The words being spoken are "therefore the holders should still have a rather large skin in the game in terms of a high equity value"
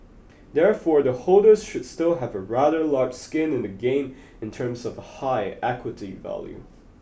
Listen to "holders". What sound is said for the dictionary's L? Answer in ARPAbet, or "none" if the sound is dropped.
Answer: L